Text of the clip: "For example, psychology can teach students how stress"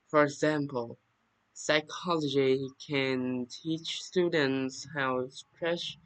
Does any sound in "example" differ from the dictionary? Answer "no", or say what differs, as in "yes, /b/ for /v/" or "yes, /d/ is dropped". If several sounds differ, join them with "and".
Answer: no